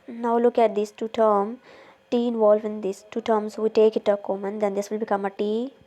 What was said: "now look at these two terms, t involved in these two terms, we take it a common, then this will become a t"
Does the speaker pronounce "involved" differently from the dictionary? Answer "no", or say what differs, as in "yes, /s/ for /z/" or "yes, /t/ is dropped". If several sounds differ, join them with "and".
yes, /d/ is dropped